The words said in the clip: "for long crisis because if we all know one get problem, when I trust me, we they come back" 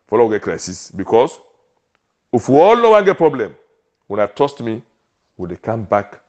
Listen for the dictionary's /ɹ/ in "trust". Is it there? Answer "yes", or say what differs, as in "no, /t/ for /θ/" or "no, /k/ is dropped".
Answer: no, /ɹ/ is dropped